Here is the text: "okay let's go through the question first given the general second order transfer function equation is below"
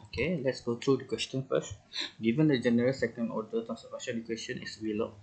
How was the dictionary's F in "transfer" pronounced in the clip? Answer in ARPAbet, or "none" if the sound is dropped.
none